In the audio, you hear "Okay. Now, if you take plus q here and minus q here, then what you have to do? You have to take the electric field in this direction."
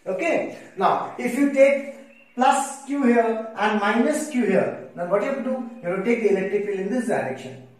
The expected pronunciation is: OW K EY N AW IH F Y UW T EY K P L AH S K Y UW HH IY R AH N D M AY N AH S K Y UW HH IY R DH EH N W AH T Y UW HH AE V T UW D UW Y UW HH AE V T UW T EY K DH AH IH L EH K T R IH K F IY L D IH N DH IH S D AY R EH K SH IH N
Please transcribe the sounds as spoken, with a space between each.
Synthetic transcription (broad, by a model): OW K EY N AW IH F Y UW T EY K P L AH S K Y UW HH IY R AH N D M AY N AH S K Y UW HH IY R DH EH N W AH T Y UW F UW D UW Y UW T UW T EY K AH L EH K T IH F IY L IH N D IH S D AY R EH K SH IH N